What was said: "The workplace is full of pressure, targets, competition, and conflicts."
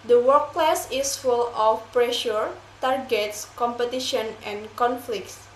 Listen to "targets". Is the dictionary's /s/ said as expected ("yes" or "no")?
yes